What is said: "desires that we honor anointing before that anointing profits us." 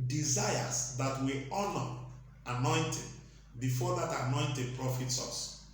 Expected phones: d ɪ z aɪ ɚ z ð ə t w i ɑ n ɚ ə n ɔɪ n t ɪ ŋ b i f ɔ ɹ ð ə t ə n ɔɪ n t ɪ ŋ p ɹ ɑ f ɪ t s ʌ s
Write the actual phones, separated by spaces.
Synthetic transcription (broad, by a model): d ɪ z aɪ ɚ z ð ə t w i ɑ n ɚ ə n ɔɪ n t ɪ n b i f ɔ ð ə t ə n ɔɪ n t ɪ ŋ p ɹ ɑ f ɪ t s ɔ s